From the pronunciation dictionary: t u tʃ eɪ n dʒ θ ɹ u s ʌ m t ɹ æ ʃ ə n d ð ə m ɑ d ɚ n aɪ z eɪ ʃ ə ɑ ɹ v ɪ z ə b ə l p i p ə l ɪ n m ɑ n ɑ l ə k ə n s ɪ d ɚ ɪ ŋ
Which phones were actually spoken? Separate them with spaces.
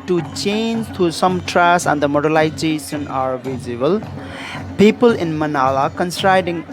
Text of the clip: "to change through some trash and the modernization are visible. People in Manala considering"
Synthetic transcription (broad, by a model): t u tʃ eɪ n dʒ t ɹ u s ʌ m t ɹ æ s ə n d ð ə m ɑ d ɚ l aɪ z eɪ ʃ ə ɑ ɹ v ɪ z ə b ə l p i p ə l ɪ n m ɑ n ɑ l ə k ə n s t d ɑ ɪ ŋ